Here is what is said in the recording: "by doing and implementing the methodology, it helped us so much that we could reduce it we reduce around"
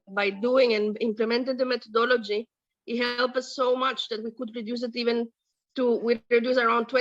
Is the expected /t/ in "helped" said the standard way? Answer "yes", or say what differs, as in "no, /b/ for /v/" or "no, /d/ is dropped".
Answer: no, /t/ is dropped